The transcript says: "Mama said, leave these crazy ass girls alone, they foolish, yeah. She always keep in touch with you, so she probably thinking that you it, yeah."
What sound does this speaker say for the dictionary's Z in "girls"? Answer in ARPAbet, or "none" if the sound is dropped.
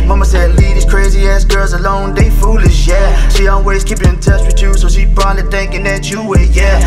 Z